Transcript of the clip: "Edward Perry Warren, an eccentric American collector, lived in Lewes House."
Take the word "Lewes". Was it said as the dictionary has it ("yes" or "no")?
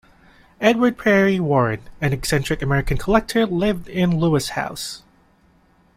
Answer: no